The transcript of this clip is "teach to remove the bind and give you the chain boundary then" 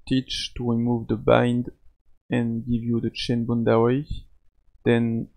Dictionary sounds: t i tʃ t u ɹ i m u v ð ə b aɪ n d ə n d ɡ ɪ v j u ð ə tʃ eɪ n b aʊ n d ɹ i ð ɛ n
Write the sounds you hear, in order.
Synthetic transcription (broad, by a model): t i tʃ t u ɹ i m u v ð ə b aɪ n d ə n ɡ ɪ v j u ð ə tʃ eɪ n b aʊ n d w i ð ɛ n